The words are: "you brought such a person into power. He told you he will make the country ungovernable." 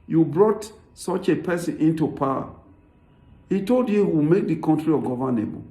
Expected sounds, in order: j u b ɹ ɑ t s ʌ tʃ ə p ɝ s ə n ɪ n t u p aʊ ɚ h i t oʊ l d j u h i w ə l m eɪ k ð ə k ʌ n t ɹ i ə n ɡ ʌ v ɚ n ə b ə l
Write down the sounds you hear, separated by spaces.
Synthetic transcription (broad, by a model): j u b ɹ ɑ t s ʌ tʃ ə p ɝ s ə n ɪ n t u p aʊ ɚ h i t oʊ l d j u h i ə m eɪ k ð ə k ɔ n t ɹ i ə ɡ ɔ v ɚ n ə b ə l